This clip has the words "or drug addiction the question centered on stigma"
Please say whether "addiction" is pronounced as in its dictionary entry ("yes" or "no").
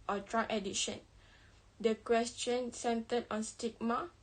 no